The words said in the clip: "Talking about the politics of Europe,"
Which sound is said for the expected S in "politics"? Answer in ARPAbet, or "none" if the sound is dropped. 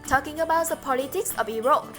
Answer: S